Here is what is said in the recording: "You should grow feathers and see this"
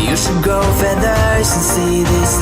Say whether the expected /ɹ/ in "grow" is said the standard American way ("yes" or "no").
no